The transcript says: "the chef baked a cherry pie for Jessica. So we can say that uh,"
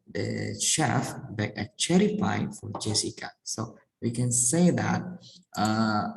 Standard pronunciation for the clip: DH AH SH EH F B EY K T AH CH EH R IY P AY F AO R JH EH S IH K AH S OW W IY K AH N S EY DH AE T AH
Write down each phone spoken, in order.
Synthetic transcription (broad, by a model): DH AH SH EH F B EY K AH CH EH R IY F AY F AO R JH EH S IH K AH S OW W IY K AH N S EY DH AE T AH